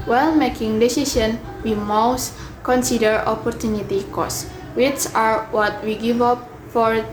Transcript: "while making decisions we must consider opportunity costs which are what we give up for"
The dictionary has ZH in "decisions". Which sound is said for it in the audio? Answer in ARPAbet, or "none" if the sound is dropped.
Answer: S